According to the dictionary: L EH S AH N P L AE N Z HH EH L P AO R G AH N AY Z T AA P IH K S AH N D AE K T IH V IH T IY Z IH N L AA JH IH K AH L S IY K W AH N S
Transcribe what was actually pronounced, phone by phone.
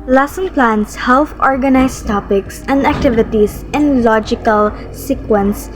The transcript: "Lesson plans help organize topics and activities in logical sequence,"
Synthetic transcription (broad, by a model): L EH S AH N P L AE N S HH EH L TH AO R G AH N AY S T AA P IH K S AH N D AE K T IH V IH T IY S IH N L AA JH IH K AH L S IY K W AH N S